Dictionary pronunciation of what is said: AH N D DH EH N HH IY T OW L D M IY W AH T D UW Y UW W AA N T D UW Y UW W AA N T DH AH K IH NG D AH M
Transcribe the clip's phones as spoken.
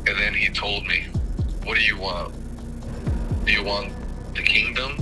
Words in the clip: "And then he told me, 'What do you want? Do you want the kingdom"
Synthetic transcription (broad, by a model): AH N DH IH N IY T OW L D M IY W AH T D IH Y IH W AA N T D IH Y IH W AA N DH AH K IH NG D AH M